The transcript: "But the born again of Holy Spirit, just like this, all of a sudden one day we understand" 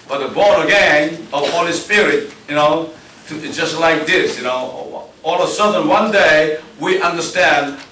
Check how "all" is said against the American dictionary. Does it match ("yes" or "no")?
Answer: no